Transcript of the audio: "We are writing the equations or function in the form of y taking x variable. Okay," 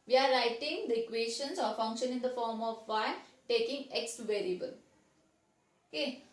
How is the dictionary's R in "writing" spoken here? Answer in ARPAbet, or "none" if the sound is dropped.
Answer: R